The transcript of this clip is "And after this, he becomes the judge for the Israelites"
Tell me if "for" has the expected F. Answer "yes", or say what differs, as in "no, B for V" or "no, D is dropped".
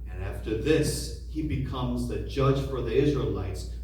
yes